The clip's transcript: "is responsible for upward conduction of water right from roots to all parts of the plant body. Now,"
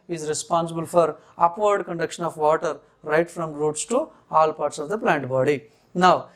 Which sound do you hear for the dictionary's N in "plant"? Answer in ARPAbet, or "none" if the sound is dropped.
N